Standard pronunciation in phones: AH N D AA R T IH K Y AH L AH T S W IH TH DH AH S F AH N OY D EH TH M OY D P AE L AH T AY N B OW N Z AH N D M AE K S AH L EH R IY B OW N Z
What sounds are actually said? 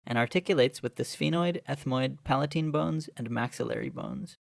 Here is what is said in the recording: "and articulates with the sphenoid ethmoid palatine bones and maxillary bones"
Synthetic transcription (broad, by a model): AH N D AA R T IH K Y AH L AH T S W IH DH AH S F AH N OY D EH TH M OY D P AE L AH T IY N B OW N Z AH N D M AE K S AH L EH R IY B OW N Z